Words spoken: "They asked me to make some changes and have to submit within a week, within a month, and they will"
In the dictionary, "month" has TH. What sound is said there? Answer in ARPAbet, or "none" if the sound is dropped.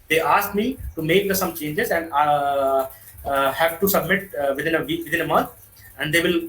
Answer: T